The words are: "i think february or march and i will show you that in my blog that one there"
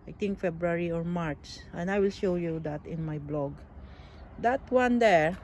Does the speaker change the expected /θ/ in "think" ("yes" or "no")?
yes